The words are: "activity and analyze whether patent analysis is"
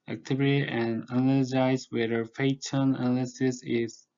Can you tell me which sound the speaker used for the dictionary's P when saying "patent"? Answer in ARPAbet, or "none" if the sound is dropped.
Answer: F